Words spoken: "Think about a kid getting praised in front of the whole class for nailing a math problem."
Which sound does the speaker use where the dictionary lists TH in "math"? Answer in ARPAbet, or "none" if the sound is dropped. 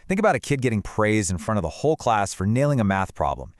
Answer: TH